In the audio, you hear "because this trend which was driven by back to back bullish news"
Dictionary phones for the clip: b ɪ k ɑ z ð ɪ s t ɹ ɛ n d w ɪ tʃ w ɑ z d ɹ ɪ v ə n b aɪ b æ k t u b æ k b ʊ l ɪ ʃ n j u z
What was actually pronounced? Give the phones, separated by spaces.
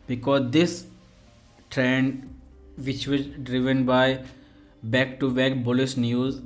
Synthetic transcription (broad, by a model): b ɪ k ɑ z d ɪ s t ɹ ɛ n d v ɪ tʃ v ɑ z d ɹ ɪ v ə n b aɪ b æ k t u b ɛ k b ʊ l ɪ s n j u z